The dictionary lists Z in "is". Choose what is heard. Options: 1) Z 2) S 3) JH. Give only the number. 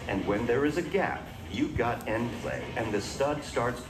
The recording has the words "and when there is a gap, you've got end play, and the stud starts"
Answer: 1